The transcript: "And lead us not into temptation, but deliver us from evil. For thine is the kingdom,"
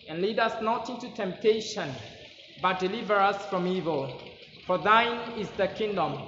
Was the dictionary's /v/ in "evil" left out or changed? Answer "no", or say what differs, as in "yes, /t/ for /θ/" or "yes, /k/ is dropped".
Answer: no